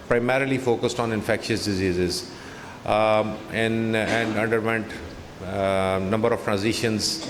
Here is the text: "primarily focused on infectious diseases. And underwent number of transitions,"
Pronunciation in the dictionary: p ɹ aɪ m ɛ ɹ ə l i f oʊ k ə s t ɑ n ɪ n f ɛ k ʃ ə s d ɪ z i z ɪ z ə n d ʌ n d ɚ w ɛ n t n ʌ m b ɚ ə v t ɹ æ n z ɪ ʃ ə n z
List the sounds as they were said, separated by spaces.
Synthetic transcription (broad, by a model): p ɹ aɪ m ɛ ɹ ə l i f oʊ k ə s t ɑ n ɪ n f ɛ k ʃ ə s d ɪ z i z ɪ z ə n d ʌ n d ɚ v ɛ n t n ʌ m b ɚ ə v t ɹ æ n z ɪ ʃ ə n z